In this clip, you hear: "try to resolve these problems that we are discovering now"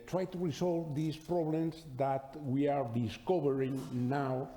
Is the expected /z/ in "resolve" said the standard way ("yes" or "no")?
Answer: no